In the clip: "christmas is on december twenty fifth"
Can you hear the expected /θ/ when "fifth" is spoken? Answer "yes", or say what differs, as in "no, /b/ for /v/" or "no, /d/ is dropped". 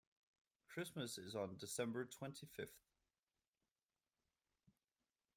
yes